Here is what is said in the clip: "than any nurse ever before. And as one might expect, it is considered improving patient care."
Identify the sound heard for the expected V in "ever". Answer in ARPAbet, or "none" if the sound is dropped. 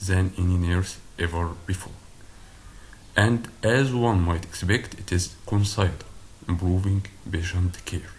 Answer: V